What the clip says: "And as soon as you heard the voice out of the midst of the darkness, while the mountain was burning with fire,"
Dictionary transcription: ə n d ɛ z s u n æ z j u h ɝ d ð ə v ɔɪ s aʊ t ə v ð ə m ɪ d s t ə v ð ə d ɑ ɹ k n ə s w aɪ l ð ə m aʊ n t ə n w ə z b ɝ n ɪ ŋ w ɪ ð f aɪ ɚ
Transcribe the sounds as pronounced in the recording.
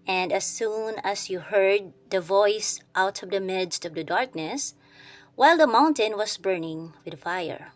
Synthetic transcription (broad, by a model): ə n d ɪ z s u n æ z j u h ɝ d ð ə v ɔɪ s aʊ t ə v ð ə m ɪ d s t ə v ð ə d ɑ ɹ k n ə s w aɪ l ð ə m aʊ n t ə n w ə z b ɝ n ɪ ŋ w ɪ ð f aɪ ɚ